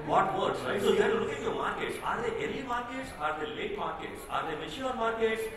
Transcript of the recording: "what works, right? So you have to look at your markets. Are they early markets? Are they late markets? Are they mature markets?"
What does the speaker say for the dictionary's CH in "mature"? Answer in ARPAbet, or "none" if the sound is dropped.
SH